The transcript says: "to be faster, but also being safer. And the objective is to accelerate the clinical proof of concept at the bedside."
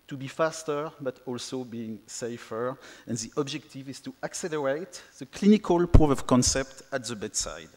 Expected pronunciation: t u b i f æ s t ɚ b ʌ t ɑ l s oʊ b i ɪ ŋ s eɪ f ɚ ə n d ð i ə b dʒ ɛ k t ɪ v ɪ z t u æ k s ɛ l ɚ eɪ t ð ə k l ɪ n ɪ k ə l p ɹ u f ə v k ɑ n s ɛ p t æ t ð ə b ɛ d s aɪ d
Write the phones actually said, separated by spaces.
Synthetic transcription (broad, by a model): t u b i f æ s t ɚ b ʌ t ɑ l s oʊ b i ɪ ŋ s eɪ f ɚ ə n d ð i ə b dʒ ɛ k t ɪ v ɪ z t u æ k s ɛ l ɚ eɪ t ð ə k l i n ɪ k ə l p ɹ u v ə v k ɑ n s ɛ p t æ t ð ə b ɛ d s aɪ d